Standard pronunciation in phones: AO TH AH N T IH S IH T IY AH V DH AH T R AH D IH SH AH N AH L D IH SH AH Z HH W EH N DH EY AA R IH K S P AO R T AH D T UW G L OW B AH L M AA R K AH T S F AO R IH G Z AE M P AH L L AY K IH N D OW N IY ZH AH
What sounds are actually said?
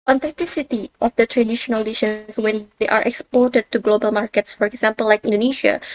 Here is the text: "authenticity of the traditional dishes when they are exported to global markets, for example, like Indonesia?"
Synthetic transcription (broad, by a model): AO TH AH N T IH S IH T IY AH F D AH T R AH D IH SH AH N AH L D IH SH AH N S W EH N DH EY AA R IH K S P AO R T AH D T UW G L OW B AH L M AA R K AH T S F AO R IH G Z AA M P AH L L AY K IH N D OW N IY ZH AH